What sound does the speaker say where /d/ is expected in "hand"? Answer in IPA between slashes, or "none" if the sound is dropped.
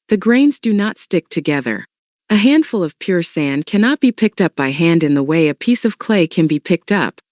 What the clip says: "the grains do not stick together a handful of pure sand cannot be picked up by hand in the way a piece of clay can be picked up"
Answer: /d/